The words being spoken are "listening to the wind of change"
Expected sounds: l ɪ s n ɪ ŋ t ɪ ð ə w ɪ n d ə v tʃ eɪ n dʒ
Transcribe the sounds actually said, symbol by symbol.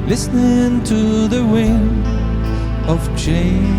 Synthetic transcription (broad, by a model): l ɪ s n ɪ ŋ t ɪ ð ə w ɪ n ə v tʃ eɪ